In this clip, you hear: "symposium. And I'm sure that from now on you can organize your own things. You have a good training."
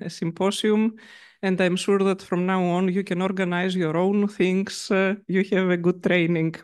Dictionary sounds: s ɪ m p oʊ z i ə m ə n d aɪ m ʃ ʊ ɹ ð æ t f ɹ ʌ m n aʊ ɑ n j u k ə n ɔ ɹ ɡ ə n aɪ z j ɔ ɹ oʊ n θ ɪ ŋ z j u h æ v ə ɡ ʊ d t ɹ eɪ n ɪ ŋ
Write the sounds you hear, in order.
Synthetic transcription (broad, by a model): s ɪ m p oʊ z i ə m ə n d aɪ m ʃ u ɹ ð æ t f ɹ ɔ m n aʊ ɑ n j u k ə n ɔ ɹ ɡ ə n aɪ z j ɔ ɹ oʊ n θ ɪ ŋ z j u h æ v ə ɡ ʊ d t ɹ eɪ n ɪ ŋ